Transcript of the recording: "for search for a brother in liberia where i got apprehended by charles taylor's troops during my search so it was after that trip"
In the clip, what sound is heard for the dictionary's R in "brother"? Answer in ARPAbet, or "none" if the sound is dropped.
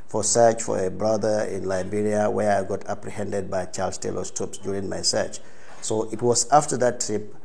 R